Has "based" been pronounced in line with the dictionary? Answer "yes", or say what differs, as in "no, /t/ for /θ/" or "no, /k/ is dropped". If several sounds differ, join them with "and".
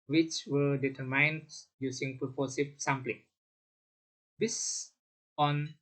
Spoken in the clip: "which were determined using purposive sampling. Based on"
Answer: no, /t/ is dropped